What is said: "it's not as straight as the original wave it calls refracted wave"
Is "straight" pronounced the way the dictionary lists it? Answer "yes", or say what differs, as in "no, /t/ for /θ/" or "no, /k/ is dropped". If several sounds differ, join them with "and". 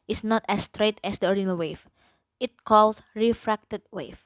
yes